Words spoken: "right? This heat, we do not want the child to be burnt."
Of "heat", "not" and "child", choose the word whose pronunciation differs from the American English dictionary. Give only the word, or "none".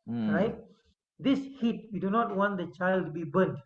none